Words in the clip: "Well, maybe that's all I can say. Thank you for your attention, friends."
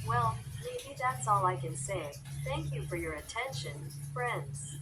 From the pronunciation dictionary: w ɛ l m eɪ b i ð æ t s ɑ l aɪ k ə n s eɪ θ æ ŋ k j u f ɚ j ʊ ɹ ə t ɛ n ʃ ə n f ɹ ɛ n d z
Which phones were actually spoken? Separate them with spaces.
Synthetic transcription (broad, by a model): w ɛ l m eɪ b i ð æ t s ɑ l aɪ k ə n s eɪ θ æ ŋ k j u f ɚ j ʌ ɹ ə t ɛ n ʃ ə n f ɹ ɛ n d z